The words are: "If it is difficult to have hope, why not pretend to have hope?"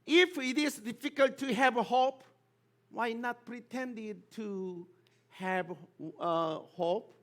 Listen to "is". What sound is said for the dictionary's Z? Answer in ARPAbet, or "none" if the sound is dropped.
S